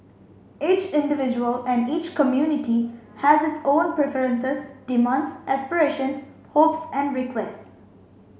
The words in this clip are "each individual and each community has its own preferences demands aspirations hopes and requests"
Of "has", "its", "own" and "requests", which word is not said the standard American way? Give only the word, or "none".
none